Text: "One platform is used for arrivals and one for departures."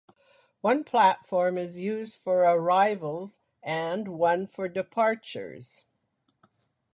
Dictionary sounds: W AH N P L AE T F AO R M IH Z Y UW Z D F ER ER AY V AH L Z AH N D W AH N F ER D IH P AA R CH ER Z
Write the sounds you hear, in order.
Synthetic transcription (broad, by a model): W AH N P L AE T F AO R M IH Z Y UW Z D F ER ER AY V AH L Z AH N W AH N F ER D IH P AA R CH ER Z